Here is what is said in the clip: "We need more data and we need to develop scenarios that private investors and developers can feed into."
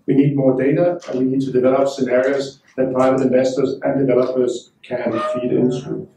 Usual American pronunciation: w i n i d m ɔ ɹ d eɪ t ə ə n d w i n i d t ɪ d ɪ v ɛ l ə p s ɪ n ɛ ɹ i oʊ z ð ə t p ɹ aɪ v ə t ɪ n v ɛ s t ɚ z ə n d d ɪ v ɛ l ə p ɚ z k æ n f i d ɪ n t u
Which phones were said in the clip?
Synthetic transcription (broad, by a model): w i n i d m ɔ ɹ d eɪ t ə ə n w i n i d t ɪ d ɪ v ɛ l ə p s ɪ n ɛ ɹ i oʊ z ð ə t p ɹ aɪ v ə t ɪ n v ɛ s t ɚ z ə n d d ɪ v ɛ l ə p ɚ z k æ n f i d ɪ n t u